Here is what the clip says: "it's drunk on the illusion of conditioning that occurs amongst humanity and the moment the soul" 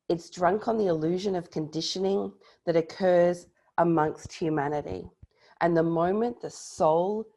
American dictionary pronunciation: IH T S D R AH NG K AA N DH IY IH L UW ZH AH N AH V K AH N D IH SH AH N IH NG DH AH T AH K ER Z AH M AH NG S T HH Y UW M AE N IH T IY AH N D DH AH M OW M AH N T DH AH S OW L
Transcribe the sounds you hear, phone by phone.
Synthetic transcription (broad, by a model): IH T S D R AH NG K N DH IY IH L UW ZH AH N AH V K AH N D IH SH AH N IH NG DH AH T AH K ER Z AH M AH NG S T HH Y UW M AE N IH T IY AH N DH AH M OW M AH N DH AH S OW L